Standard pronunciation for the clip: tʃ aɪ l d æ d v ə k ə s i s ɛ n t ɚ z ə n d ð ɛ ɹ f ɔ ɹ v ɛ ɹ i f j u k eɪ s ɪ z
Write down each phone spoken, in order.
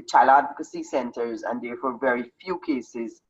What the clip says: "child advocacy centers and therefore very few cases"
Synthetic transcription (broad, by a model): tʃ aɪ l æ d v ə k ə s i s ɛ n t ɚ z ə n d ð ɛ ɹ f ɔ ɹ v ɛ ɹ i f j u k eɪ s ɪ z